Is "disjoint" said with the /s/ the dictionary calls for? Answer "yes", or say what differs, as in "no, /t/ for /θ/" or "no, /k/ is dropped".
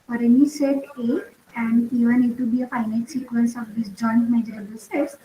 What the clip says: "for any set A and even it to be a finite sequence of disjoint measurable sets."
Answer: yes